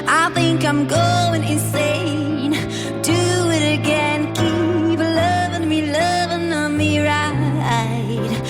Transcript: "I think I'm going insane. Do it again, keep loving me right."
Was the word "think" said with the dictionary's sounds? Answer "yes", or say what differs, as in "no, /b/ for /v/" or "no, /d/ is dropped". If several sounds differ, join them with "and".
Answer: yes